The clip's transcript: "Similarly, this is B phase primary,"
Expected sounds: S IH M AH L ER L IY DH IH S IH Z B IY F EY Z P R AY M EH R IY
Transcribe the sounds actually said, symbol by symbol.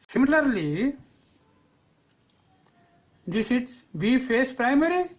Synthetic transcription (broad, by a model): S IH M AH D L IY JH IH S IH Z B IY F EY S P R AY M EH R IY